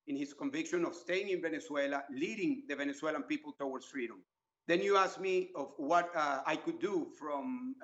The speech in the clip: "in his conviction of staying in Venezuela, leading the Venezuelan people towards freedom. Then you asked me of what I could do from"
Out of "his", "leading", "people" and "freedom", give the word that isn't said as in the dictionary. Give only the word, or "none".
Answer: his